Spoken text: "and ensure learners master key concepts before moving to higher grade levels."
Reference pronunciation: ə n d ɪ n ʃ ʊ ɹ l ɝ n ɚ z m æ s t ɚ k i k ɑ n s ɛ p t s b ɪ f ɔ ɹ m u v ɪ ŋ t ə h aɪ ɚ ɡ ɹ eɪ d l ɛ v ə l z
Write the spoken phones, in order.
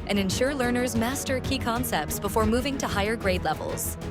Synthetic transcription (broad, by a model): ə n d ɪ n ʃ ʊ ɹ l ɝ n ɚ z m æ s t ɚ k i k ɑ n s ɛ p t s b ɪ f ɔ ɹ m u v ɪ ŋ t ə h aɪ ɚ ɡ ɹ eɪ d l ɛ v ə l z